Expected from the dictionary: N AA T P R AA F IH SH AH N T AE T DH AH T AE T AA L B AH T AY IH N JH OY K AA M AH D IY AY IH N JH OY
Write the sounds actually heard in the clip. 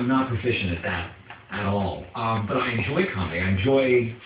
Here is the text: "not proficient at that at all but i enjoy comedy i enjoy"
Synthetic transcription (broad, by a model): N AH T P AA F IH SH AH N IH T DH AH T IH T AA L B AH T AY IH N JH OY K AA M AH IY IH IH N JH OY